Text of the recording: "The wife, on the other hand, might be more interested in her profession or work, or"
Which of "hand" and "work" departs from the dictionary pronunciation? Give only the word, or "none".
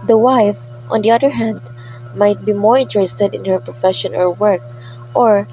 none